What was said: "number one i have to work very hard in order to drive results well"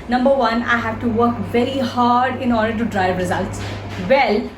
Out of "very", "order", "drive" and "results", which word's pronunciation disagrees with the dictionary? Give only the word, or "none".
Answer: none